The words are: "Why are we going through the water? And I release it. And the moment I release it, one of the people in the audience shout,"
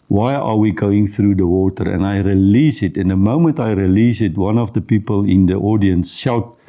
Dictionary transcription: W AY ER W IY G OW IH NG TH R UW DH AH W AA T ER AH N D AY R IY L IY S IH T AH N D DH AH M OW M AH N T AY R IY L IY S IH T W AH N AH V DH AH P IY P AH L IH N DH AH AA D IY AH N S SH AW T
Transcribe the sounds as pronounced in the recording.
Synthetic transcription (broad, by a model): W AY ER W IY G OW IH NG TH R UW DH AH W AA T ER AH N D AY R IY L IY S IH T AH N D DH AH M OW M AH N T AY R IY L IY S IH T W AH N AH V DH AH P IY P AH L IH N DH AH AA D IY AH N S SH AW T